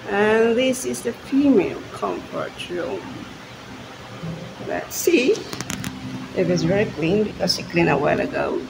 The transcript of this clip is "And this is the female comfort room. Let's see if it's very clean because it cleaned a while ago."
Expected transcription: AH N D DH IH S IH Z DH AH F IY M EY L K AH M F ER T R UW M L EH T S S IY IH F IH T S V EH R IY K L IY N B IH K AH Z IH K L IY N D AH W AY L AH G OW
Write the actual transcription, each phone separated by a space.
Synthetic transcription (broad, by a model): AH N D DH IH S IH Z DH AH F IY M EY L K AH M F ER T R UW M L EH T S S IY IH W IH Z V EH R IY K L IY N B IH K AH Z IH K L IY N AH W AY L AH G OW